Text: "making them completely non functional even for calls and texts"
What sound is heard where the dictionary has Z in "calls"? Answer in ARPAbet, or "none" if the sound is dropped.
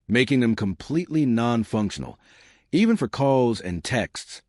Z